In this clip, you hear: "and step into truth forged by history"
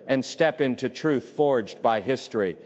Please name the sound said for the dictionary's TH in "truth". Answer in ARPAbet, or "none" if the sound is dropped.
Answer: TH